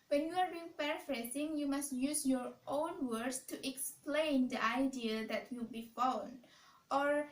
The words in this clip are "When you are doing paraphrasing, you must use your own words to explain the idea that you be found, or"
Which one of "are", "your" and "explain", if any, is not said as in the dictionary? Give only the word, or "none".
none